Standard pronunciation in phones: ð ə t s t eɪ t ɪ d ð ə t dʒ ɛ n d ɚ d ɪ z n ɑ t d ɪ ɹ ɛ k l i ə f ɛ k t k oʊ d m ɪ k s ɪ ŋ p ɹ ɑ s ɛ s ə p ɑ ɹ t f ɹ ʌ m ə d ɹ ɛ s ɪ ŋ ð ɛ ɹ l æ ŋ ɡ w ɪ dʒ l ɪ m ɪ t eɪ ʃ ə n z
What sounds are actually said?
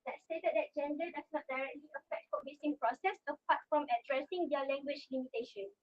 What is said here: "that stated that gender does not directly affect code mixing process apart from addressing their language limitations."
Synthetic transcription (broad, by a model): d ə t s t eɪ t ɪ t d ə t dʒ ɛ n d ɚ d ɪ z n ɑ t d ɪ ɹ ɛ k l i ə f ɛ k t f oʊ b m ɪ s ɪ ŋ p ɹ ɑ s ɛ s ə p ɑ t f ɹ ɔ m ə d ɹ ɛ s ɪ ŋ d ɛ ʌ l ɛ ŋ ɡ w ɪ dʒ l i m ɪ t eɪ ʃ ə n